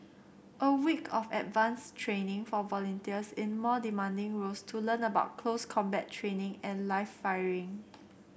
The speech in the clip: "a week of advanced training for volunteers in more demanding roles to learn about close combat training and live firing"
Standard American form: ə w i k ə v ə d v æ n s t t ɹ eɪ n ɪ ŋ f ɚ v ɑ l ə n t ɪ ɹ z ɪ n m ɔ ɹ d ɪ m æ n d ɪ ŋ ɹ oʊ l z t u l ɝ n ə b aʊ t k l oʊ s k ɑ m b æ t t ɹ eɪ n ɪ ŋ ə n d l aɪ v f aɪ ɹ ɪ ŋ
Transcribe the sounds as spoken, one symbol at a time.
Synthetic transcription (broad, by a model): ə w i k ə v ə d v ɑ n s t t ɹ eɪ n ɪ ŋ f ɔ v ɑ l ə n t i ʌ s ɪ n m ɔ d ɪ m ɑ n d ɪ ŋ ɹ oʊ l s t u l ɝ n ə b aʊ t k l oʊ s k ɑ m b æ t t ɹ eɪ n ɪ ŋ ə n l aɪ f aɪ ɹ ɪ ŋ